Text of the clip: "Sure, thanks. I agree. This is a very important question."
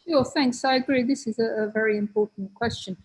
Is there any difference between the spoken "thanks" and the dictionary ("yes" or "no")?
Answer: no